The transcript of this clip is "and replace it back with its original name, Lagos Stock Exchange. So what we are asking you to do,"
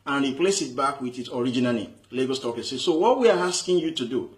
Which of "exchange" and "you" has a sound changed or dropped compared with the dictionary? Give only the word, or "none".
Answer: exchange